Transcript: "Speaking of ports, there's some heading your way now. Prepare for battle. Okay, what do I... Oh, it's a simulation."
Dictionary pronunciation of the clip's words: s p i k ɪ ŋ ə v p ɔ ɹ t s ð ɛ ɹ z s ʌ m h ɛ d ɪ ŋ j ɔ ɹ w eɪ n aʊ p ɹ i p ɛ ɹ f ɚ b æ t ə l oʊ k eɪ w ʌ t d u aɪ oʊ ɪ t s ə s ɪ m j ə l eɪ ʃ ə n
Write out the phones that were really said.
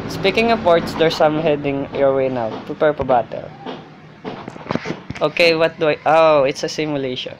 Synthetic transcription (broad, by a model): s p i k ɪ ŋ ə p ɔ ɹ t s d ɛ ɹ s ʌ m h ɛ d ɪ ŋ j ɔ ɹ w eɪ n aʊ p ɹ i p ɛ ɹ p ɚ b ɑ t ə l oʊ k eɪ w ʌ t d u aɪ oʊ ɪ t s ə s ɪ m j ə l eɪ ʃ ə n